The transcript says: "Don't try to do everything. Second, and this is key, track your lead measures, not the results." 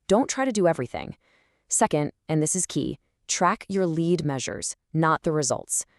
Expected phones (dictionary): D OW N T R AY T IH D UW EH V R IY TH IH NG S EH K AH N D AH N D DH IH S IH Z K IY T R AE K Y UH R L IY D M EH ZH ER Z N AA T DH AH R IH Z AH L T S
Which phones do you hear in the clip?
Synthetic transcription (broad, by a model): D OW N T R AY T IH D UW EH V R IY TH IH NG S EH K AH N D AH N DH IH S IH Z K IY T R AE K Y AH R L IY D M EH ZH ER Z N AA T DH AH R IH Z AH L T S